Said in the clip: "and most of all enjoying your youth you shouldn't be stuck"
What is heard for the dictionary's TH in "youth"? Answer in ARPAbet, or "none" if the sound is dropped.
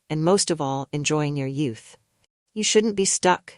TH